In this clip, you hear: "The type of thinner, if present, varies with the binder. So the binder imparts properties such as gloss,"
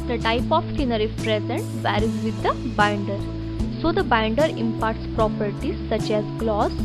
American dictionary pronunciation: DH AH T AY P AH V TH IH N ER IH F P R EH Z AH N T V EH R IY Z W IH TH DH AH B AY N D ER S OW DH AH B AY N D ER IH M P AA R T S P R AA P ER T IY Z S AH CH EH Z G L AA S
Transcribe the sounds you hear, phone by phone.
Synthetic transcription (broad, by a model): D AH T AY P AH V S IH N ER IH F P R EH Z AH N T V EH R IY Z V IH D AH B AY N D ER S OW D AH B AY N D ER IH M P AA R T S P R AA P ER T IY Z S AH CH EH Z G L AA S